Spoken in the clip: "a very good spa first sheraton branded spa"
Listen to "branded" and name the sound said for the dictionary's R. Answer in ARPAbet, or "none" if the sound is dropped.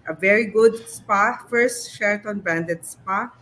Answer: none